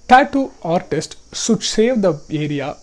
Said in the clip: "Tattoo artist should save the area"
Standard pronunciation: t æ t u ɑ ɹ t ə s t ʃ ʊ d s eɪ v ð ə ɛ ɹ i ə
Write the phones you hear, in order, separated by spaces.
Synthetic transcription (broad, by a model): t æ t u ɑ ɹ t ə s t s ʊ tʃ s eɪ v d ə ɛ ɹ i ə